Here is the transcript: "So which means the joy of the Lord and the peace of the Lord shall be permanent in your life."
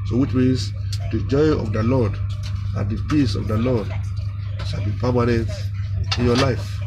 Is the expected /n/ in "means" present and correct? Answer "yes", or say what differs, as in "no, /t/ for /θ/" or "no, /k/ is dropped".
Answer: no, /n/ is dropped